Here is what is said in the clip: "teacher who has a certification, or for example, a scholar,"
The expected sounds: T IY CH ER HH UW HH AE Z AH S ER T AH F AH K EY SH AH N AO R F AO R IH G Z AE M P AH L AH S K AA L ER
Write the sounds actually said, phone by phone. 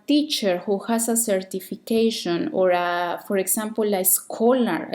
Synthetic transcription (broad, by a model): T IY CH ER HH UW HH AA S AH S ER T AH F AH K EY SH AH N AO R F AO R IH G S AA M P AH L AH S K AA L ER